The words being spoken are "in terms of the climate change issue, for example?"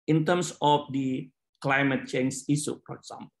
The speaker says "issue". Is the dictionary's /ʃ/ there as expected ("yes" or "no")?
no